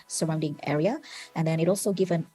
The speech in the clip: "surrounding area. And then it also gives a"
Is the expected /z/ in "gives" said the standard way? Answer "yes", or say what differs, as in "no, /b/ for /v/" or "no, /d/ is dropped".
no, /z/ is dropped